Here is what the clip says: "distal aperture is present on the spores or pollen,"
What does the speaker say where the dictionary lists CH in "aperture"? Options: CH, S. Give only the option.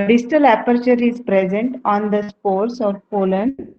CH